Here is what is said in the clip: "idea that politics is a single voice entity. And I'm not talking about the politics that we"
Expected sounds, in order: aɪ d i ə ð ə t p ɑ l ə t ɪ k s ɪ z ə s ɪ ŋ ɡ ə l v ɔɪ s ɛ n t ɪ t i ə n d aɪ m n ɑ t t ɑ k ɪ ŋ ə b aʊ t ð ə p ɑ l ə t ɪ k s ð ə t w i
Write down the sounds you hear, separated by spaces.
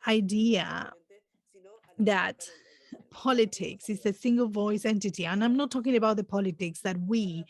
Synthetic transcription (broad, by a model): aɪ d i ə ð ə t p ɑ l ə t ɪ k s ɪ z ə s ɪ ŋ ɡ ə l v ɔɪ s ɛ n t ɪ t i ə n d aɪ m n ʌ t t ɑ k ɪ ŋ ə b aʊ t ð ə p ɑ l ə t ɪ k s ð ə t w i